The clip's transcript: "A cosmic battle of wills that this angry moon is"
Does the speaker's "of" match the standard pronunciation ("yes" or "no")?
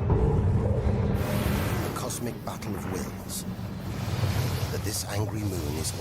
yes